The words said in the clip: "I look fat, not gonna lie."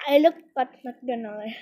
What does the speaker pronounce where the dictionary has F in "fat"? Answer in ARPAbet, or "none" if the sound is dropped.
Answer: P